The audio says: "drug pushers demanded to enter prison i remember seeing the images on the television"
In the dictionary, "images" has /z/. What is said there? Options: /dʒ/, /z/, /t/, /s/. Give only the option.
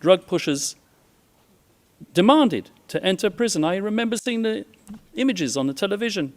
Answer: /z/